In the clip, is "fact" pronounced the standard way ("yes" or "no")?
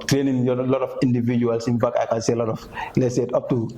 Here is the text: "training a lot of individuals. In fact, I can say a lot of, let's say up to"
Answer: no